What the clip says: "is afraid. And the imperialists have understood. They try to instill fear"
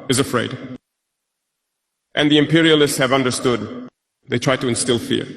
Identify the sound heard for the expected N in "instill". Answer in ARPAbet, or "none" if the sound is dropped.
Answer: N